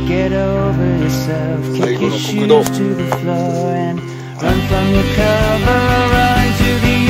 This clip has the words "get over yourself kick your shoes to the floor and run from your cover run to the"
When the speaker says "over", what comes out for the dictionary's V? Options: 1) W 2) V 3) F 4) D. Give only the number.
2